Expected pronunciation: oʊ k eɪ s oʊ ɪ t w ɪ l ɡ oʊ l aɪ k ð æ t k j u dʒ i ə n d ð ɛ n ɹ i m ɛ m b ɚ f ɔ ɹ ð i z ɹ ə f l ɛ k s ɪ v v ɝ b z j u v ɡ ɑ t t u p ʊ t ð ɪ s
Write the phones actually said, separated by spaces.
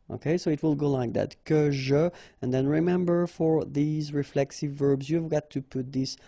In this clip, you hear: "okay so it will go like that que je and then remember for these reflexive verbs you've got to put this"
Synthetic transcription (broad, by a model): oʊ k eɪ s oʊ ɪ t w ɪ l ɡ oʊ l aɪ k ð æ t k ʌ ʒ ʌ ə n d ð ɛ n ɹ i m ɛ m b ɚ f ɔ ɹ ð i z ɹ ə f l ɛ k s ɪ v v ɝ b z j u v ɡ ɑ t t u p ʊ t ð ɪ s